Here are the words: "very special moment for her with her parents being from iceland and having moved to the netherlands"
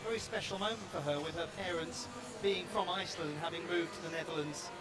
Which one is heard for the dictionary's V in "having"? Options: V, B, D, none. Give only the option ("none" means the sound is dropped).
V